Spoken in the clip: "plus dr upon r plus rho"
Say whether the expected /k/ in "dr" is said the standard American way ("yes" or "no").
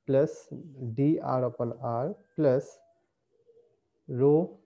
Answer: no